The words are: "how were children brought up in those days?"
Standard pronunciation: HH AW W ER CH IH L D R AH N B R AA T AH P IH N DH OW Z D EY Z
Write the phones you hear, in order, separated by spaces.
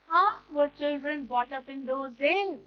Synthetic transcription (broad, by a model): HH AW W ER CH IH L D R AH N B AA T AH P IH N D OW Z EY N